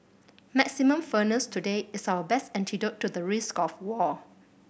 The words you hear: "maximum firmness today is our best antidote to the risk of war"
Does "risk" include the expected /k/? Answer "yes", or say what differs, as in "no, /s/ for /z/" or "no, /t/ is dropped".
yes